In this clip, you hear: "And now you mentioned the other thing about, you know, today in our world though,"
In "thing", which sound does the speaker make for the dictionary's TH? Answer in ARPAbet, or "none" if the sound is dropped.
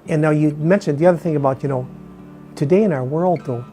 TH